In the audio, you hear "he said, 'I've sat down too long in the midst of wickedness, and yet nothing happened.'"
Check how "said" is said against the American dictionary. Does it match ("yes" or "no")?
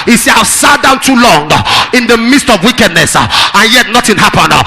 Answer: no